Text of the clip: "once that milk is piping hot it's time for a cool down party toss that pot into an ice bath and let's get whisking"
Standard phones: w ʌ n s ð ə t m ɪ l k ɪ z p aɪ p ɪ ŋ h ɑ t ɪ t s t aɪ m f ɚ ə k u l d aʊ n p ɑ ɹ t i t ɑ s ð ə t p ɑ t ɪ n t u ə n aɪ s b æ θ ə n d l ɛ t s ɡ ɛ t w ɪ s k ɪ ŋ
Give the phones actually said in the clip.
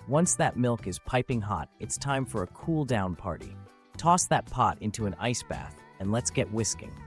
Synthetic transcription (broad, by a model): w ʌ n s ð ə t m ɪ l k ɪ z p aɪ p ɪ ŋ h ɑ t ɪ t s t aɪ m f ɚ ə k u l d aʊ n p ɑ ɹ t i t ɑ s ð ə t p ɑ t ɪ n t u ə n aɪ s b æ θ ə n l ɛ t s ɡ ɛ t w ɪ s k ɪ ŋ